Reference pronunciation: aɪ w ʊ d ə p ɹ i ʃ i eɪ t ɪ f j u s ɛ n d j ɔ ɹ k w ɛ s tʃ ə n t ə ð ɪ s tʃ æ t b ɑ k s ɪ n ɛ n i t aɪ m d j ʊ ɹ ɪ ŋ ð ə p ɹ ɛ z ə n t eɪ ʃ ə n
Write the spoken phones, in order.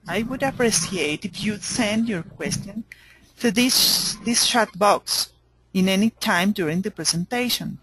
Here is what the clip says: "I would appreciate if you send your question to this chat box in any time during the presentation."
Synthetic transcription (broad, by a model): aɪ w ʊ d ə p ɹ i s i eɪ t ɪ f j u s ɛ n d j ɔ ɹ k w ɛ s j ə n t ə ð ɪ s ʃ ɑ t b ɑ k s ɪ n ɛ n i t aɪ m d j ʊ ɹ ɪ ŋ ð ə p ɹ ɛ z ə n t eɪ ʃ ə n